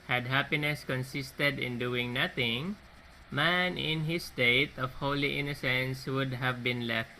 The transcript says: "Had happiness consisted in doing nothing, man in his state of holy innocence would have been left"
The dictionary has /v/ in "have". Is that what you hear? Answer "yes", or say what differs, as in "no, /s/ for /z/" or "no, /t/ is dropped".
yes